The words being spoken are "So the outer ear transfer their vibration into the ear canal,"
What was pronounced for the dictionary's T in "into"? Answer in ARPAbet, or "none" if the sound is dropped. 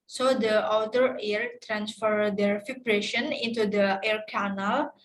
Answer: T